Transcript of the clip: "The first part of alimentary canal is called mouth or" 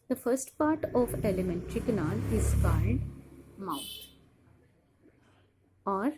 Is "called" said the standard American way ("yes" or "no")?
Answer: no